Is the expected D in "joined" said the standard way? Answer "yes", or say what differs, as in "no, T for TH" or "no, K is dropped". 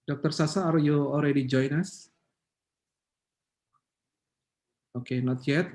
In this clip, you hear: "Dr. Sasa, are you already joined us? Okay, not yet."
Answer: no, D is dropped